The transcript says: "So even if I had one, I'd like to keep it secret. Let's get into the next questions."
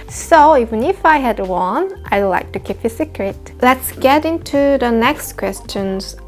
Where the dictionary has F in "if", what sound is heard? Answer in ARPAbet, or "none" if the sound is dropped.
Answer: F